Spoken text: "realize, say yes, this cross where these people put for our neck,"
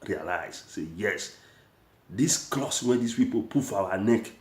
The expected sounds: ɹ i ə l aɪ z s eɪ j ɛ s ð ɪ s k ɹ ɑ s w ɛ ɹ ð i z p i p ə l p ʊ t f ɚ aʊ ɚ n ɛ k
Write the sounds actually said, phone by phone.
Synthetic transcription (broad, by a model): ɹ i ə l aɪ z s eɪ j ɛ s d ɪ s k l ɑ s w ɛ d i s p i p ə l p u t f aʊ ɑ n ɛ k